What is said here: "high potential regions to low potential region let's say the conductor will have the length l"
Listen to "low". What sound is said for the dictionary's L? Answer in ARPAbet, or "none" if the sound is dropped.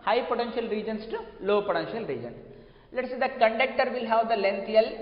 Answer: L